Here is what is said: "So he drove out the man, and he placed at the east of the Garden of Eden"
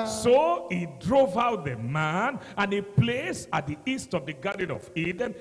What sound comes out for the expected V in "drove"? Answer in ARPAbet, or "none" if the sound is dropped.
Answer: V